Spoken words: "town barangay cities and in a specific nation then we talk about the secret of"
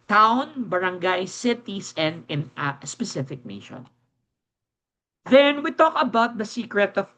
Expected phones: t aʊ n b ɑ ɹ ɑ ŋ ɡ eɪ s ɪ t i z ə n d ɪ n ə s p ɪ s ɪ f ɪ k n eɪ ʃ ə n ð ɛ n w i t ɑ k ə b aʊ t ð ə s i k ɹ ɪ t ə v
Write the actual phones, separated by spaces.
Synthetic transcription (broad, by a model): t aʊ n b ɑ ɹ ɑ ŋ ɡ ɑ s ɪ t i s ə n d ɪ n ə s p ɪ s ɪ f ɪ k n eɪ ʃ ə n ð ɛ n w i t ɑ k ə b aʊ t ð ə s i k ɹ ɪ t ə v